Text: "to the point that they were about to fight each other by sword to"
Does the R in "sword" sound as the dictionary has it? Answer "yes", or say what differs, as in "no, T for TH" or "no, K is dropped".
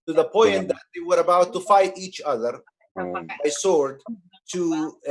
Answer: yes